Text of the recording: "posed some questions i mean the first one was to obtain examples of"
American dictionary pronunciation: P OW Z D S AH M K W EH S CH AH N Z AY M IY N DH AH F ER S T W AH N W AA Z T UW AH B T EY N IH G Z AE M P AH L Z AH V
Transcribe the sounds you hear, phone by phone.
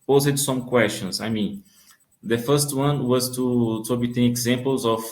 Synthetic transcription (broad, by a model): P OW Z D S AH M K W EH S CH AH N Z AY M IY N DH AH F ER S T W AH N W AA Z T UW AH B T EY IH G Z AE M P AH L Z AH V